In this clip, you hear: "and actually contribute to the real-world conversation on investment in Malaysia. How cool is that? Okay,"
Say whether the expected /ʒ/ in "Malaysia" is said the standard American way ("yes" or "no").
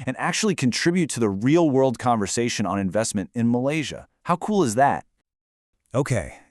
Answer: yes